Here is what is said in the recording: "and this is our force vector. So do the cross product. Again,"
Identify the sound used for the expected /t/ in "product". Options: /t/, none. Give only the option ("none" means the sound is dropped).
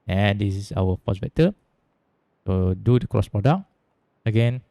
none